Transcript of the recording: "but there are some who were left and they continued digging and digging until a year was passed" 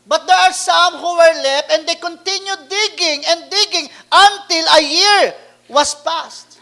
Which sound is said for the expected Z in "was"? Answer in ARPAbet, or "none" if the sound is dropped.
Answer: S